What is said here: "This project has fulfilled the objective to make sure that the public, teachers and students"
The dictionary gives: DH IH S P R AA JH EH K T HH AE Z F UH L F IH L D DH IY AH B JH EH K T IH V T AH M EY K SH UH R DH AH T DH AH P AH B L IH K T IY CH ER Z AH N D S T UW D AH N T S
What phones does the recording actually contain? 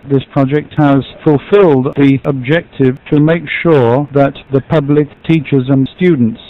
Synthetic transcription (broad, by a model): DH IH S P R AA JH EH K T HH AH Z F UH L F IH L D DH IY AH B JH EH K T IH V T AH M EY K SH UH R DH AH T DH AH P AH B L IH K T IY CH ER Z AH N S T UW D N T S